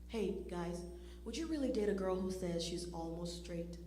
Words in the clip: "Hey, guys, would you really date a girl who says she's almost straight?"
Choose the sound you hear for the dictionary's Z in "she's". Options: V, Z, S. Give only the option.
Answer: Z